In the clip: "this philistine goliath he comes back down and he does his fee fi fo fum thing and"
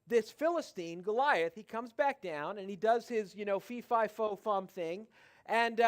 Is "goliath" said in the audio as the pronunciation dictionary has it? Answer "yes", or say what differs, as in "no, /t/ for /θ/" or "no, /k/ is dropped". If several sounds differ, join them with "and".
yes